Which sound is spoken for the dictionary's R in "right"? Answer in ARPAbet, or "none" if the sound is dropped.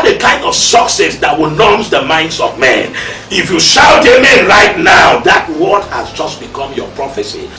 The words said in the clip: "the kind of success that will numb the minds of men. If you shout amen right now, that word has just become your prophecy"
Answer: R